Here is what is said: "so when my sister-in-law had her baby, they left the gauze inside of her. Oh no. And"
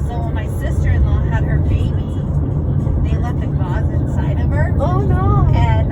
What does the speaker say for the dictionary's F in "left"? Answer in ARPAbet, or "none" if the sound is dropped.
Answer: none